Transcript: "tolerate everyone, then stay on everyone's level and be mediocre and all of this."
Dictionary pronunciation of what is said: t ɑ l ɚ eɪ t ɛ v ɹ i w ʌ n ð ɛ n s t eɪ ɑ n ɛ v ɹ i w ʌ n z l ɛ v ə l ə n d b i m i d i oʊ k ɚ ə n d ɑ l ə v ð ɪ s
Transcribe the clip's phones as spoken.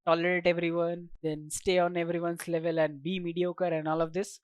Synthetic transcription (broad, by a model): t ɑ l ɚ eɪ t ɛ v ɹ i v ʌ n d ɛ n s t eɪ ɑ n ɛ v ɹ i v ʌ n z l ɛ v ə l ə n d b i m i d i oʊ k ɚ ə n d ɑ l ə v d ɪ s